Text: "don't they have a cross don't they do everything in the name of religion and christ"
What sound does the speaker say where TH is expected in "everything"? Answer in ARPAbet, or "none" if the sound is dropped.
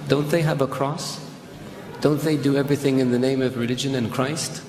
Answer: TH